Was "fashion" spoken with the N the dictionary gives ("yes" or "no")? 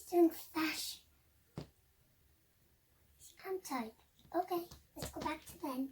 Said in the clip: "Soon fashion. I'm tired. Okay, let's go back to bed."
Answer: no